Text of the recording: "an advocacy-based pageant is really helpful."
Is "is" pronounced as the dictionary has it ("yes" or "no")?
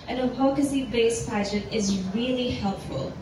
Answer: yes